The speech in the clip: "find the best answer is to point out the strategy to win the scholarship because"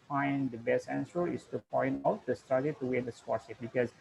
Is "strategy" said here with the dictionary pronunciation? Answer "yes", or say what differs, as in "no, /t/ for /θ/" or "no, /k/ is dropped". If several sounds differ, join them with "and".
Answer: no, /ɹ/ is dropped